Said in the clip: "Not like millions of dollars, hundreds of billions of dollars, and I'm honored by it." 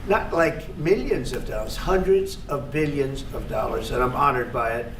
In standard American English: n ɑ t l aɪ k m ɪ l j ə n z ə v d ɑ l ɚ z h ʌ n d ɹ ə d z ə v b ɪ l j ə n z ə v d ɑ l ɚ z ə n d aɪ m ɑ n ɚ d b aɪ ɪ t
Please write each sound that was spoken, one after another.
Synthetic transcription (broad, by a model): n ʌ t l aɪ k m ɪ l j ə n z ə v d ɑ l ɚ z h ʌ n d ɹ ə d z ə v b ɪ l j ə n z ə v d ɑ l ɚ z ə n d aɪ m ɑ n ɚ d b aɪ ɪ t